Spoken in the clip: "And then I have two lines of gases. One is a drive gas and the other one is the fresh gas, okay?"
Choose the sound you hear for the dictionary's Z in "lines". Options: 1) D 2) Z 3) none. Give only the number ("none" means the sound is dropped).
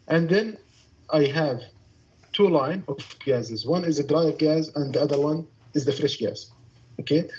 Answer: 3